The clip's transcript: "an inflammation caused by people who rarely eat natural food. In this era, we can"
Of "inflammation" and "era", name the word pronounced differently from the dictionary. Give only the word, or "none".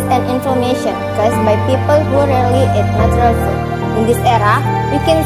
inflammation